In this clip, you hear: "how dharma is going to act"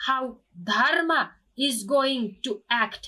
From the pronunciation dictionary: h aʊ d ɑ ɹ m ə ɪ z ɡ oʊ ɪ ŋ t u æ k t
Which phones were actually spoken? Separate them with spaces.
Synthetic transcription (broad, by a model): h aʊ d ɑ ɹ m ə ɪ z ɡ oʊ ɪ ŋ t u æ k t